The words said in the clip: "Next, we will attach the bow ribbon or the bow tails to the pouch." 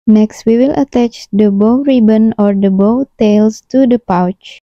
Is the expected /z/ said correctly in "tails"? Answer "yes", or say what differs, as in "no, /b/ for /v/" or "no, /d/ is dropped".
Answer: no, /s/ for /z/